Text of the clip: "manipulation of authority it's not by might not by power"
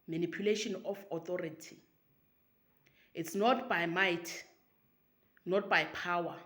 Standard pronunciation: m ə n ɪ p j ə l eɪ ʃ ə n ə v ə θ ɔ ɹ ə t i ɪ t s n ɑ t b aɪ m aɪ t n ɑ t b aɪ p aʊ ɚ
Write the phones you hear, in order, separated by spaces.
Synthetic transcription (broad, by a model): m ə n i p j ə l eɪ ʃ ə n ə f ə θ ɔ ɹ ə t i ɪ t s n ɑ t b aɪ m aɪ t n ɑ t b aɪ p aʊ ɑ